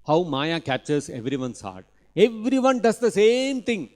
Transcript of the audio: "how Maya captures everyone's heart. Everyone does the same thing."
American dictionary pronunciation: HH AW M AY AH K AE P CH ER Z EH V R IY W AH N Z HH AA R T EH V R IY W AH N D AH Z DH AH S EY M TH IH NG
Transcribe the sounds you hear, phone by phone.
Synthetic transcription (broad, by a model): HH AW M AY AH K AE CH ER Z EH V R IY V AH N S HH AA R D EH V R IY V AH N D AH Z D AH S EY M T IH NG